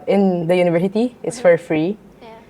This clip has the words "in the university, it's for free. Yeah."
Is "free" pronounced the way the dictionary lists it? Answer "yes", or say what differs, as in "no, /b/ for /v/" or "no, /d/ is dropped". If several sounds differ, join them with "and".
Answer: yes